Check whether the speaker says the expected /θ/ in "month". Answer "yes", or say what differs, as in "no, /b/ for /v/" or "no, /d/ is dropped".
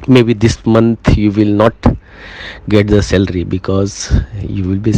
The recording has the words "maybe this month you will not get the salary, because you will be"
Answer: no, /t/ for /θ/